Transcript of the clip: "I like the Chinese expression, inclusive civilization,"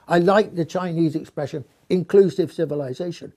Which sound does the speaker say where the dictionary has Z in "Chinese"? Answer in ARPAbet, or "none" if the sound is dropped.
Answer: Z